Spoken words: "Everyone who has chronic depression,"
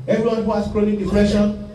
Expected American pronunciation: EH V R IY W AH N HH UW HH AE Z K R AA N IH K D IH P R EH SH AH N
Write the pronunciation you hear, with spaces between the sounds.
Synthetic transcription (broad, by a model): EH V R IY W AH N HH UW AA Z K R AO L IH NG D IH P R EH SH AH N